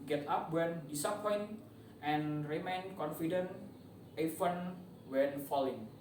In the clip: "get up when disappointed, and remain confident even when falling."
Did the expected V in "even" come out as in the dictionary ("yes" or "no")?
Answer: no